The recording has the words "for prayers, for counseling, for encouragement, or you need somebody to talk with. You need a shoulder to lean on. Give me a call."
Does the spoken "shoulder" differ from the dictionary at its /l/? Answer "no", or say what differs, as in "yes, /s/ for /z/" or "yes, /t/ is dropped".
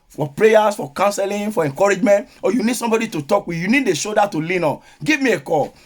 yes, /l/ is dropped